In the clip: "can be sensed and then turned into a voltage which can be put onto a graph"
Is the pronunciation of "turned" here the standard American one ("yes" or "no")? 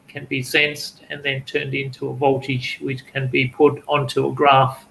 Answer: yes